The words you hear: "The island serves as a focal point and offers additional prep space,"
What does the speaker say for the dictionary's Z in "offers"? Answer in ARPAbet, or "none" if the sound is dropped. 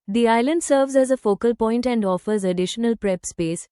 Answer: Z